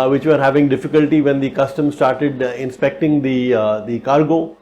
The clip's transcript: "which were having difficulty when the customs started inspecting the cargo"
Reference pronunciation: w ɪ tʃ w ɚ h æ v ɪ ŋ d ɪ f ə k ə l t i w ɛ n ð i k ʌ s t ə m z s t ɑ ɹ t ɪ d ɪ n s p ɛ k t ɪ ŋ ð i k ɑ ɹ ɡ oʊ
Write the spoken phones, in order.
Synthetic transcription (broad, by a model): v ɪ tʃ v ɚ h æ v ɪ ŋ d ɪ f ə k ə l t i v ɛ n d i k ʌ s t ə m s t ɑ ɹ t ɪ d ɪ n s p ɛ k t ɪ ŋ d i k ɑ ɹ ɡ oʊ